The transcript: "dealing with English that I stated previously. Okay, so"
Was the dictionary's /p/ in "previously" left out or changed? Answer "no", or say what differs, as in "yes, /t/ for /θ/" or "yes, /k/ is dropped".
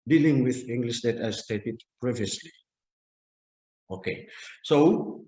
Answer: no